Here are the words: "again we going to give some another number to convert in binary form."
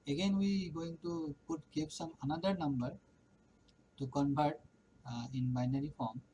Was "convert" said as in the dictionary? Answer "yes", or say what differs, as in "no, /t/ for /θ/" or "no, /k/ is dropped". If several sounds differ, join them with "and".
no, /p/ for /v/